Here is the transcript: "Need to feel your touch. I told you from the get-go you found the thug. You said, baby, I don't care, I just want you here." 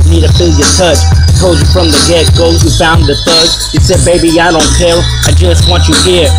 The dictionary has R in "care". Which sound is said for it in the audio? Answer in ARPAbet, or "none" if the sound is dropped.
L